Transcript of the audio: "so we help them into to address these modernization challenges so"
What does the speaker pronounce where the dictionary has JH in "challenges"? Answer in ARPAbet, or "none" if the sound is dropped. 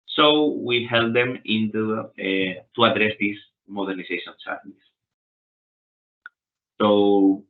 none